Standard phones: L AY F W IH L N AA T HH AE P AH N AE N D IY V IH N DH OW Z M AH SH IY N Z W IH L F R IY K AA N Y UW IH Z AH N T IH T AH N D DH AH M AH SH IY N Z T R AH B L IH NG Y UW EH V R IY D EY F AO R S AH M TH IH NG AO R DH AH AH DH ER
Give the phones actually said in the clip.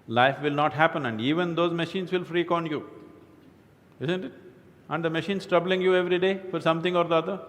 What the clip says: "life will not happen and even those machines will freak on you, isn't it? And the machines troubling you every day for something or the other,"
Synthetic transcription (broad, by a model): L AY F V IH L N AA T HH AE P AH N AE N D IY V IH N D OW Z M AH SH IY N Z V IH L F R IY K AA N Y UW IH Z AH N T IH T AH N D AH M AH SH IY N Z T R AH B L IH NG Y UW EH V R IY D EY F AO R S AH M T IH NG AO R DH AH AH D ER